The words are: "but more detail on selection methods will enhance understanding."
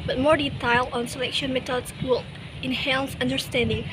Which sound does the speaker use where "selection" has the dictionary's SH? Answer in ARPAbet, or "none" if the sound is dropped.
SH